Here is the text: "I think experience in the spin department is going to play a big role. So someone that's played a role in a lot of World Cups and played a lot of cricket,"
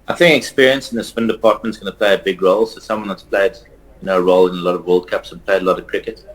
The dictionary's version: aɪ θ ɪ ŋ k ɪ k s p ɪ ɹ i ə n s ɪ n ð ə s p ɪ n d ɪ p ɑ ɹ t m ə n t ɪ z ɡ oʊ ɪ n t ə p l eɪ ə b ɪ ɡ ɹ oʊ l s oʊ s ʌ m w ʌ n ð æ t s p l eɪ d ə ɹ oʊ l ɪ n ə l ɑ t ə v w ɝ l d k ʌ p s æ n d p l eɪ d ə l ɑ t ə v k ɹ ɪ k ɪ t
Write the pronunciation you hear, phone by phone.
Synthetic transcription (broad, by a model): aɪ θ ɪ ŋ k ɪ k s p ɪ ɹ i ə n s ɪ n ð ə s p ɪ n d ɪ p ɑ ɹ t m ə n t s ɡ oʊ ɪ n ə p l eɪ ə b ɪ ɡ ɹ oʊ l s oʊ s ʌ m w ʌ n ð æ t s p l eɪ d ə ɹ oʊ l ɪ n ə l ɑ t ə v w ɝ l d k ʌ p s n p l eɪ d ə l ɑ t ə v k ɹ ɪ k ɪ t